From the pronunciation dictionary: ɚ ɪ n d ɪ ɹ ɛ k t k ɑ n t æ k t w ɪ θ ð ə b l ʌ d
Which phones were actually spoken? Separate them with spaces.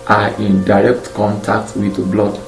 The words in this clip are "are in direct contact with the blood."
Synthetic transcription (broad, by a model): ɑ ɪ n d ɪ ɹ ɛ k t k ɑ n t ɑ k t w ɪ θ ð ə b l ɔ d